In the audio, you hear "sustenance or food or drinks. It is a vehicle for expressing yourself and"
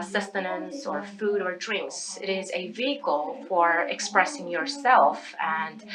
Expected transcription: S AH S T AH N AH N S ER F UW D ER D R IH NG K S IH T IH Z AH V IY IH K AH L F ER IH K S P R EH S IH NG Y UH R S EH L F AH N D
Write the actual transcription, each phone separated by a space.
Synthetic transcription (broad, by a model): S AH S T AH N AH N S ER F UW D ER D R IH NG K S IH T IH Z AH V IY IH K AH L F ER IH K S P R EH S IH NG Y UH R S EH L F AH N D